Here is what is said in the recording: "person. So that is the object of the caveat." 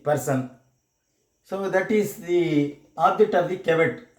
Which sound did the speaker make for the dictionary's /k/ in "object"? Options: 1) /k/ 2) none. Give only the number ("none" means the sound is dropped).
2